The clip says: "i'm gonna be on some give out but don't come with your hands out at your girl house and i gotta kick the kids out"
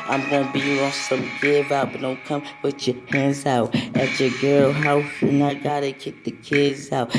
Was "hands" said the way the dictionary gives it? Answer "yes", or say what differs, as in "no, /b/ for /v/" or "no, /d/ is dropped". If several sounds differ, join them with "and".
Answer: yes